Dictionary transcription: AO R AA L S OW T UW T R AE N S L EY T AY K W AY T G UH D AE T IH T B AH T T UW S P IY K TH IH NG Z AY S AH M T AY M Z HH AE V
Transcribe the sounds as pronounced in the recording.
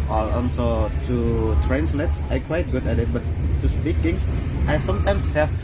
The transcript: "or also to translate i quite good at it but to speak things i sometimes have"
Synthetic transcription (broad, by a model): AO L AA N S OW T UW T R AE N S L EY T AY K W AY T G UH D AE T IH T B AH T T UW S P IY K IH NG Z AY S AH M T AY M S HH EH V